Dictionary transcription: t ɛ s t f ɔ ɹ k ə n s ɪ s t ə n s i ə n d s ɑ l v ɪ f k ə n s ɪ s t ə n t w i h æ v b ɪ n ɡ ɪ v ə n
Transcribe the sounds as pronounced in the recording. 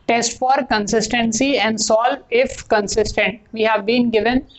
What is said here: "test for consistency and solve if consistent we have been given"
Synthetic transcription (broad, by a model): t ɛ s t f ɔ ɹ k ə n s ɪ s t ə n s i ə n d s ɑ l ɪ f k ə n s ɪ s t ə n t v i h æ v b ɪ n ɡ ɪ v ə n